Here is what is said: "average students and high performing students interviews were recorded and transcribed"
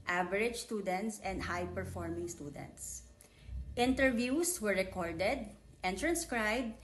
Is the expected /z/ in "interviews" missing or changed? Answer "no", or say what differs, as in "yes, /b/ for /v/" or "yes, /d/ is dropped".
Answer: yes, /s/ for /z/